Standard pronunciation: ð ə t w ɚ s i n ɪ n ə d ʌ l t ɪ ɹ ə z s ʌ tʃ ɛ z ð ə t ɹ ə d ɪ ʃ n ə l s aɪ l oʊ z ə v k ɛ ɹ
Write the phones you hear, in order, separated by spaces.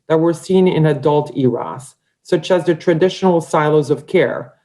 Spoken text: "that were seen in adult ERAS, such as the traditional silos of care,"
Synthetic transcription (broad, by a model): ð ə t w ɚ s i n ɪ n ə d ʌ l t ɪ ɹ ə s ʌ tʃ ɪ z ð ə t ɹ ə d ɪ ʃ n l s aɪ l oʊ z ə v k ɛ ɹ